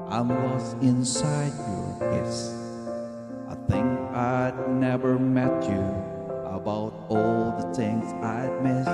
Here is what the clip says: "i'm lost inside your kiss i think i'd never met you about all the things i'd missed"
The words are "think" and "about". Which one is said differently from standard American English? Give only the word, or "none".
none